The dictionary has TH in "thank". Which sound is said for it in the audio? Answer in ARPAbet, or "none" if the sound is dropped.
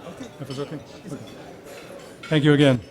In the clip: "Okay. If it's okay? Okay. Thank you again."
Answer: TH